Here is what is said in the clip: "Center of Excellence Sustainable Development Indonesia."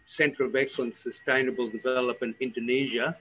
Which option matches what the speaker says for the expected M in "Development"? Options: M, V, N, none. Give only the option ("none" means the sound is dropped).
none